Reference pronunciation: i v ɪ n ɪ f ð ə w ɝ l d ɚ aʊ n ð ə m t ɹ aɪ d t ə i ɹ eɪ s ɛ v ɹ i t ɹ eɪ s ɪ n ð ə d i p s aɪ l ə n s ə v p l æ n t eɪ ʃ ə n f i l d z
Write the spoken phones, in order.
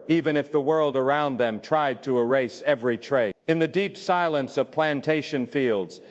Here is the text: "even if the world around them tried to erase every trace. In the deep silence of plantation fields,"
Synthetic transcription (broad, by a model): i v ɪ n ɪ f ð ə w ɝ l d ɚ aʊ n ð ə m t ɹ aɪ d t ə i ɹ eɪ s ɛ v ɹ i t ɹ eɪ ɪ n ð ə d i p s aɪ l ə n s ə v p l æ n t eɪ ʃ ə n f i l d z